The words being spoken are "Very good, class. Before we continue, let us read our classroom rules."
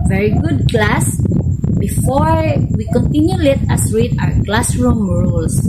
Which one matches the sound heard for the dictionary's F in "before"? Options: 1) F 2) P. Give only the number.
1